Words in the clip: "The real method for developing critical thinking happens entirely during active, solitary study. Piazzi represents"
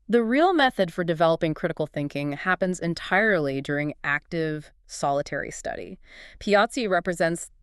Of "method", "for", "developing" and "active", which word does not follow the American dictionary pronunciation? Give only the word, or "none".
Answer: none